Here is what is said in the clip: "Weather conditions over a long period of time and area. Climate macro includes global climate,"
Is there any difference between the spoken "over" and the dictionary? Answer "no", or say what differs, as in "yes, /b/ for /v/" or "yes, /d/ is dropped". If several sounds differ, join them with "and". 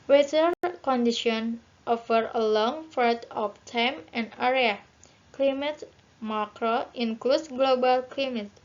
yes, /f/ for /v/